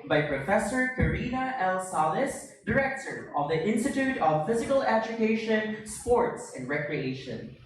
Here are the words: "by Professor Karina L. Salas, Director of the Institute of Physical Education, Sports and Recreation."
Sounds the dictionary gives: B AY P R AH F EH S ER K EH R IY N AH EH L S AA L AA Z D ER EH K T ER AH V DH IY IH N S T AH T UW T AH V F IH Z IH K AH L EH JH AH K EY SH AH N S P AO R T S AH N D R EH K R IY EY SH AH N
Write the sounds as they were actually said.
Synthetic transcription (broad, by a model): B AY P R AH F EH S ER K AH R IY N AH EH L S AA L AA S D ER EH K T ER AH V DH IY IH N S T AH T UW T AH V F IH Z IH K AH L EH JH AH K EY SH AH N S P AO R T S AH N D R EH K R IY EY SH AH N